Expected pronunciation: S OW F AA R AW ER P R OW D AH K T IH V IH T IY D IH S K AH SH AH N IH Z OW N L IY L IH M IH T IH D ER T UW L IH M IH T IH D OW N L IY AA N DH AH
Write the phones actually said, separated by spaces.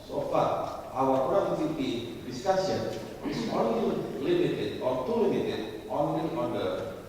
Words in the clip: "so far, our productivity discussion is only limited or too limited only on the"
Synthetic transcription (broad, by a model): S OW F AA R AW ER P OW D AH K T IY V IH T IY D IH S K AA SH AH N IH S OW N L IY L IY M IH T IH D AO T UW L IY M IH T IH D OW N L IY AA N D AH